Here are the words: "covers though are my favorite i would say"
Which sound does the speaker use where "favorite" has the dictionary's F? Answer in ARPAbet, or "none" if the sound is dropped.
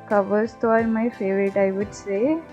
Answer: F